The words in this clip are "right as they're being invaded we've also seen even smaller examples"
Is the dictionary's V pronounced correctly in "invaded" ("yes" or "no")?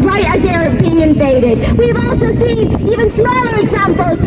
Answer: no